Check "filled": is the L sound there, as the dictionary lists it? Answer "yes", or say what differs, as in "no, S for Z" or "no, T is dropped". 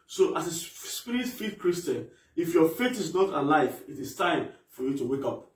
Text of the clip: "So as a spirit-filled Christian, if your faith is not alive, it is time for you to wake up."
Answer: no, L is dropped